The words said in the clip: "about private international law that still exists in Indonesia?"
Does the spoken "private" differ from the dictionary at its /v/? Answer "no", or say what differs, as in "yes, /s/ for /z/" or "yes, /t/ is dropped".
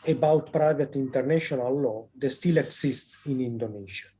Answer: no